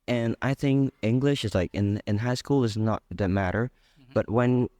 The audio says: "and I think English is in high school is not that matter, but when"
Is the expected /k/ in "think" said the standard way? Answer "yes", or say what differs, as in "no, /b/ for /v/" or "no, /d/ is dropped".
yes